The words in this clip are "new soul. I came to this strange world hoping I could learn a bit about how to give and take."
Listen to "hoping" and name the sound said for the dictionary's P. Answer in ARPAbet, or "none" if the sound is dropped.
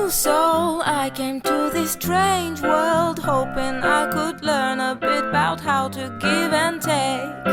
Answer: P